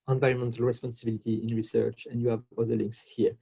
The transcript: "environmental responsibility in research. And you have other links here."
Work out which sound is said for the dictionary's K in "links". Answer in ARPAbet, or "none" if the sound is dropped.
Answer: K